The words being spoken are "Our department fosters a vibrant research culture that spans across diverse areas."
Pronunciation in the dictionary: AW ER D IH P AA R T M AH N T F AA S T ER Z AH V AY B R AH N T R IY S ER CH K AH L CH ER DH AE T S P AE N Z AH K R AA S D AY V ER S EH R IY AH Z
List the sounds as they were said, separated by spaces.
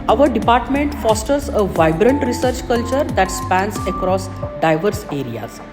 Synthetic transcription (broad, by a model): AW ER D IH P AA R T M AH N T F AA S T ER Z AH V AY B R AH N T R IY S ER CH K AH L CH ER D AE T S P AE N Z AH K R AA S D AY V ER S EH R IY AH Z